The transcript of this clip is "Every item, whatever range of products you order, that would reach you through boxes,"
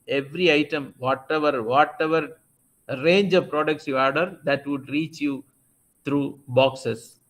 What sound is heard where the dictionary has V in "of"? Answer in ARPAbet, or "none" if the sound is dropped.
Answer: V